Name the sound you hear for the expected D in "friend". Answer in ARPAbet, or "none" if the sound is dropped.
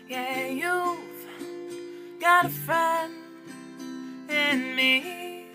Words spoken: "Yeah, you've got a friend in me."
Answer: none